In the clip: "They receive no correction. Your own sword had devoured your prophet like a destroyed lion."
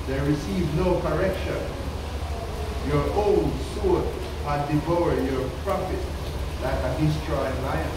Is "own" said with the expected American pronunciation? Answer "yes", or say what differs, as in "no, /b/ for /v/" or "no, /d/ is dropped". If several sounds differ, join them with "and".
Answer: no, /l/ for /n/